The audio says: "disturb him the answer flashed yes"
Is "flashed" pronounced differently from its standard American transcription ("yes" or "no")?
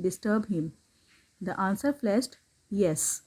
yes